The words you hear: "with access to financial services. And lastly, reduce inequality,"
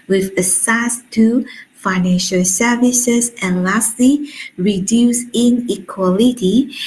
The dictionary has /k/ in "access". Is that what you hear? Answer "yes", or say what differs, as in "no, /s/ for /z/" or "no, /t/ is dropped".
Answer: no, /k/ is dropped